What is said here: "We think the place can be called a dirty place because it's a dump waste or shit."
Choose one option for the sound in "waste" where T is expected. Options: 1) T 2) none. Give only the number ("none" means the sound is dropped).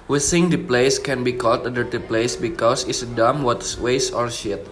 2